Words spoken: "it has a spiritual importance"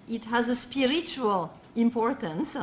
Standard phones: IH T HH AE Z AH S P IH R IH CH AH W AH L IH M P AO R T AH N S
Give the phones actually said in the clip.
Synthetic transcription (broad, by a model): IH T HH AE Z AH S P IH R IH CH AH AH L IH M P AO R T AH N S